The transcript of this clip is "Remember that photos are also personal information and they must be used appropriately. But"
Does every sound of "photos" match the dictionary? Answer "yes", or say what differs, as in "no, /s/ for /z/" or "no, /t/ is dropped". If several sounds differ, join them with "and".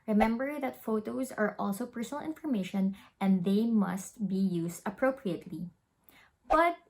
yes